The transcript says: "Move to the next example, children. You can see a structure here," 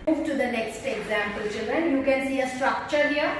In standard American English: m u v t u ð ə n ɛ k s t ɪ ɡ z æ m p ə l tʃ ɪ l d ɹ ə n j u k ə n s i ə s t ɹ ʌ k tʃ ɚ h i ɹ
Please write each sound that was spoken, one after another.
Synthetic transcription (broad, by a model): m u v t u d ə n ɛ k s t ɪ ɡ z æ m p ə l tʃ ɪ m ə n j u k ə n s i ə s t ɹ ʌ k tʃ ɚ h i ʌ